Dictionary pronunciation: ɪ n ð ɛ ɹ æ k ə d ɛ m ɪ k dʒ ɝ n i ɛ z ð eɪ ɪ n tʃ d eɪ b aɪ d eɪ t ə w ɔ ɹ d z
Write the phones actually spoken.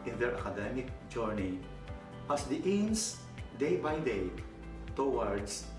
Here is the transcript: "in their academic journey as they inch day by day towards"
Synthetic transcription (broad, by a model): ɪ n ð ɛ ɹ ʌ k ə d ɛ m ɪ k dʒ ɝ n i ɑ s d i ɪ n s d eɪ b aɪ d eɪ t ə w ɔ ɹ d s